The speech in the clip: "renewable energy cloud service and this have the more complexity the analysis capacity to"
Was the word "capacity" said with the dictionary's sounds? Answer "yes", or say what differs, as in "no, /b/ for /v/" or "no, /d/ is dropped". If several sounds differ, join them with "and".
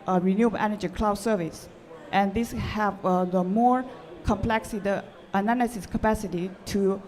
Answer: yes